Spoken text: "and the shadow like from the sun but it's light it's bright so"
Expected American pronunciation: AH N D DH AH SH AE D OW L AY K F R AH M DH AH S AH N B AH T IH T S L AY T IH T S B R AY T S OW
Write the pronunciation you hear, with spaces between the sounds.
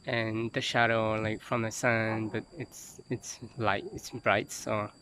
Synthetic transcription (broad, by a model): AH N DH AH SH AE D OW L AY K F R AH M DH AH S AH N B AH T IH T S L AY T IH T S B R AY T S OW